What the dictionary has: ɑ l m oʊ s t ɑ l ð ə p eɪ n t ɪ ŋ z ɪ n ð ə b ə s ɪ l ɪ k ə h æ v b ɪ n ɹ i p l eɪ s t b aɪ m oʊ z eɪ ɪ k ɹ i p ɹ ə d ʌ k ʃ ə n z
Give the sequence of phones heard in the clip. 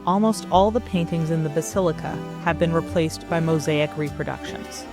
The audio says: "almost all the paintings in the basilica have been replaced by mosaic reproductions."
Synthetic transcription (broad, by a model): ɑ l m oʊ s t ɑ l ð ə p eɪ n t ɪ ŋ z ɪ n ð ə b ə s ɪ l ɪ k ə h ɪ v b ɪ n ɹ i p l eɪ s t b aɪ m oʊ z eɪ ɪ k ɹ i p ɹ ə d ʌ k ʃ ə n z